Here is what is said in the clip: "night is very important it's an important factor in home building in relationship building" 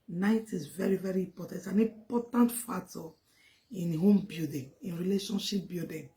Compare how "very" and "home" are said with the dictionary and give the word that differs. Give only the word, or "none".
none